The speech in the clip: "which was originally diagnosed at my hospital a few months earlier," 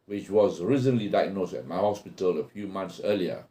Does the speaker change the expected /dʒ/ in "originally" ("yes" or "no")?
yes